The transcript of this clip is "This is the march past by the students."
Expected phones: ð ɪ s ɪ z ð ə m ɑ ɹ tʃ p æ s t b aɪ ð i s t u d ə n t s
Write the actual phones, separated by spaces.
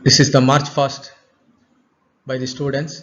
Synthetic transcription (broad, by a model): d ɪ s ɪ z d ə m ɑ ɹ tʃ f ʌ s t b aɪ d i s t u d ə n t s